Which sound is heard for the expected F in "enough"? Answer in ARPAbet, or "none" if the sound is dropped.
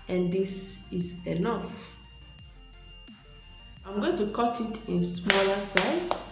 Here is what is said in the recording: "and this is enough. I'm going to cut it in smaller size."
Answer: F